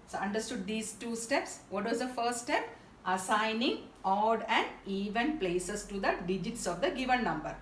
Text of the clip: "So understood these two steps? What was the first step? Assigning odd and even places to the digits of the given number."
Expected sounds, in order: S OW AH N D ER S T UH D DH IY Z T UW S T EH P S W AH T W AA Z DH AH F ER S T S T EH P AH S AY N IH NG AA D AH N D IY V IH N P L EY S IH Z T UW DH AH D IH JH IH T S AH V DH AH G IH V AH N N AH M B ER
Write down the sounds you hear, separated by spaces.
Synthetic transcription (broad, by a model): S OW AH N D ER S T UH D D IY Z T UW S T EH P S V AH T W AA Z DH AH F ER S T T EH P AH S AY N IH NG AA D AH N D IY V IH N P L EY S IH S T UW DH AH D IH JH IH T S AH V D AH G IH V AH N N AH M B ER